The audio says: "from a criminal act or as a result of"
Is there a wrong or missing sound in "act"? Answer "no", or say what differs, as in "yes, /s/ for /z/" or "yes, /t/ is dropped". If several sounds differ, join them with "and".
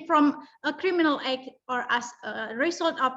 yes, /t/ is dropped